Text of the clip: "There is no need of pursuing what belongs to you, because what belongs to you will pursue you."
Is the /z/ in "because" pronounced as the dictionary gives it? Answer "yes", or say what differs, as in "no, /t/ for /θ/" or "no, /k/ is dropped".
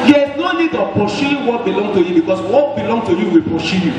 no, /s/ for /z/